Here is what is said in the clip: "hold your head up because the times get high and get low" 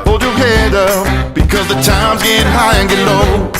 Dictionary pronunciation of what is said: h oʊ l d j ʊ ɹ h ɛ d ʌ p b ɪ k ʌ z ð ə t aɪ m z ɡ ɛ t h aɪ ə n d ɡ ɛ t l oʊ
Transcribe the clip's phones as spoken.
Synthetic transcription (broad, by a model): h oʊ l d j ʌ ɹ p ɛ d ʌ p b ɪ k ʌ z ð ə t aɪ m z ɡ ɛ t h aɪ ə n ɡ ɛ t l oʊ